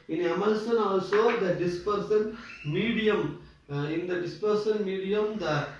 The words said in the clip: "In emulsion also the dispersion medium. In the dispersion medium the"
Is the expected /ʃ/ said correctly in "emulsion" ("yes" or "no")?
no